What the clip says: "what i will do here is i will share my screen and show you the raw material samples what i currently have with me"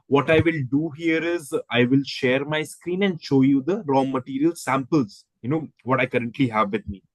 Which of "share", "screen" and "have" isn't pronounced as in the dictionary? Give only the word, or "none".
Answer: none